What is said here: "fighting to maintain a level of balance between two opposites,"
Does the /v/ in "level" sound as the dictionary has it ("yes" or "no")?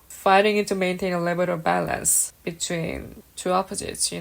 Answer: no